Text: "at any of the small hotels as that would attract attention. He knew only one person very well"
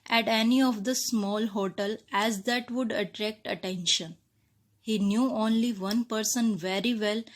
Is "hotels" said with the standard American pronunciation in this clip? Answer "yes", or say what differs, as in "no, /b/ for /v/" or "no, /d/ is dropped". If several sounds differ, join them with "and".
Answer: no, /z/ is dropped